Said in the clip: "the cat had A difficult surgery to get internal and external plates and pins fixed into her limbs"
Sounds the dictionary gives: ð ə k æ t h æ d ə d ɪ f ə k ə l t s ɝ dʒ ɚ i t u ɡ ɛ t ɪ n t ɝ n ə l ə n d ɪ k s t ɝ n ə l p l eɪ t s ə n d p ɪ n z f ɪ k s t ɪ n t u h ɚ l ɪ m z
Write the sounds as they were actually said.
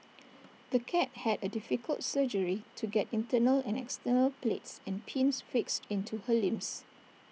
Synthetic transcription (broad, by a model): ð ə k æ t h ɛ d ə d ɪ f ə k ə l t s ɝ dʒ ɚ i t u ɡ ɛ t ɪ n t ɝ n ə l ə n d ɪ k s t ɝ n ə l p l eɪ t s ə n p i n s f ɪ k s t ɪ n t u h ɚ l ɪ m s